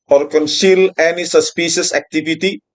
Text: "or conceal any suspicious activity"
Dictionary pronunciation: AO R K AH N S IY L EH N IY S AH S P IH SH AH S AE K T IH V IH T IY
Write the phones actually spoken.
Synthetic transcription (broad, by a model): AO R K AH N S IY L EH N IY S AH S P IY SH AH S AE K T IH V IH T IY